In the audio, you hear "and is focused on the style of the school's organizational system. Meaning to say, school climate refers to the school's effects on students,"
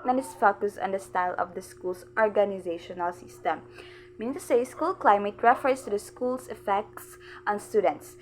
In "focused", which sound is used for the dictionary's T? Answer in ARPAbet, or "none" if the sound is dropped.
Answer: none